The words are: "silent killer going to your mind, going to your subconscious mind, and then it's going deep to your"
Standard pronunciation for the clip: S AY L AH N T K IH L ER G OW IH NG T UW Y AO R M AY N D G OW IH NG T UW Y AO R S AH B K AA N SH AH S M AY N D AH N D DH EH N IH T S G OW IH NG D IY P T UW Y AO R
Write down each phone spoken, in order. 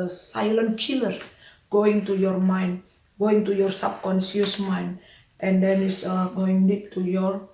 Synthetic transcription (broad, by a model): S AY L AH N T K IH L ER G OW IH NG T UW Y AO R M AY N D G OW IH NG T UW Y AO R S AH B K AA N S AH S M AY N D AH N D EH N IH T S G OW IH NG D IY P T UW Y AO R